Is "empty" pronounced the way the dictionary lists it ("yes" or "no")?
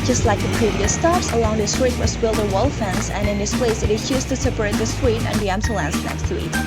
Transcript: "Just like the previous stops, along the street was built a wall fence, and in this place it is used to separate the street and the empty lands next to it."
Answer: no